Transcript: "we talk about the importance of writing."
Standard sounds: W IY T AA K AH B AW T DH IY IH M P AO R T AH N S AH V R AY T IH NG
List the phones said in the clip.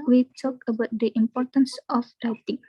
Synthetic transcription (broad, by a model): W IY T AA K AH B AW T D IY IH M P AO R T AH N S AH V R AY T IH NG